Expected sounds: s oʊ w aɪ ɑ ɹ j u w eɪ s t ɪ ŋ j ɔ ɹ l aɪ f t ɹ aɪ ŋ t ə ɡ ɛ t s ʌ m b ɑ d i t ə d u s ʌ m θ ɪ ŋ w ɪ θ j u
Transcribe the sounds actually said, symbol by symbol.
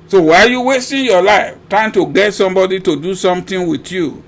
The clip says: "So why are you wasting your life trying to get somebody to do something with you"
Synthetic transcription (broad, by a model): s oʊ w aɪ ɑ l j u w eɪ s t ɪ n j ɔ l aɪ f t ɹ aɪ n t ə ɡ ɛ t s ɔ m b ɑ d i t ə d u s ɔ m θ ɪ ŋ w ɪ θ j u